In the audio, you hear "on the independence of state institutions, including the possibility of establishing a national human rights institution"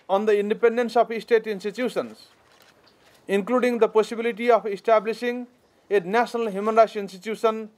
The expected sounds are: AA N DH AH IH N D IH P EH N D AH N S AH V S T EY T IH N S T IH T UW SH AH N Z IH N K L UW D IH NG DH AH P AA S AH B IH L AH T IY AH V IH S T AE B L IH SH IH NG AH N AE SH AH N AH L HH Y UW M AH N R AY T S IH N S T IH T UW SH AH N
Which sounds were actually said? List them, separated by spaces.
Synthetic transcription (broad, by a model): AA N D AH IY N D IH P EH N D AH N S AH P S T EY T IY N S T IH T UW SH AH N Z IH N K L UW D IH NG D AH P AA S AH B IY L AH T IY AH P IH S T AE B L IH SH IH NG AH N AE S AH N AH L HH Y UW M AH N R AY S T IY N S T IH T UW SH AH N